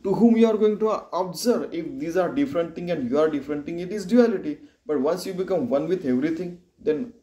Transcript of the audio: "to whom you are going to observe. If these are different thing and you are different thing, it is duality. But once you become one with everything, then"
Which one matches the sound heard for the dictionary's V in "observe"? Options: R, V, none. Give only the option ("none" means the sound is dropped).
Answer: none